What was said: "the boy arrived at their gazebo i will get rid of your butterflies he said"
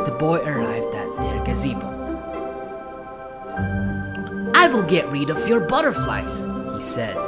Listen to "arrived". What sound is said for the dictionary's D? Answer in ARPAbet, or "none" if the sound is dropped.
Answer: D